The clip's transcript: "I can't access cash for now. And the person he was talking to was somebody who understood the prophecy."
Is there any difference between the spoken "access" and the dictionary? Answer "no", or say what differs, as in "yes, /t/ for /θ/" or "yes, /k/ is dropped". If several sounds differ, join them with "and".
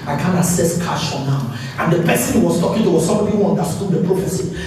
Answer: yes, /k/ is dropped